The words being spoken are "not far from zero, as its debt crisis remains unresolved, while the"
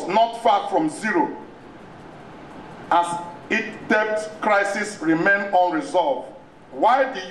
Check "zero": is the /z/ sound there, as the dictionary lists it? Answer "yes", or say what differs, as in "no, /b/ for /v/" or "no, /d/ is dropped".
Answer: yes